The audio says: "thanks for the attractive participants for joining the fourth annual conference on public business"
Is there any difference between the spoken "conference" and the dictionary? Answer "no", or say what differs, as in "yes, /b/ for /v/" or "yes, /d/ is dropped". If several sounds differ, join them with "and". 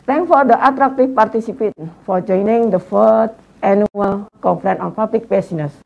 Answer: yes, /s/ is dropped